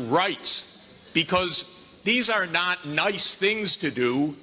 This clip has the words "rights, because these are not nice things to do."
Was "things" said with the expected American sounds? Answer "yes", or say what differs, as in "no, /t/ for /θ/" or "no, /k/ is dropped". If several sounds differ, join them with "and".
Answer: yes